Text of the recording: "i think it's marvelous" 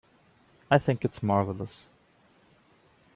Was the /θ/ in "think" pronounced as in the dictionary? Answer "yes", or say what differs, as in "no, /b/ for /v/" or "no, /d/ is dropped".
yes